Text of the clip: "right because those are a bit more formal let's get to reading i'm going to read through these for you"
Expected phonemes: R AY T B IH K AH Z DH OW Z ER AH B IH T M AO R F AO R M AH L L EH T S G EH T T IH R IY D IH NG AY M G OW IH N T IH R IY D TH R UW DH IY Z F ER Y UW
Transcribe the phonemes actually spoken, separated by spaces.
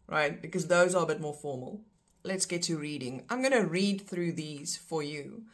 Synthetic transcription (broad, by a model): R AY T B IH K AH Z DH OW Z ER AH B IH T M AO R F AO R M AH L L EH T S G EH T T IH R IY D IH NG AY M G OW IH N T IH R IY D TH R UW DH IY Z F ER Y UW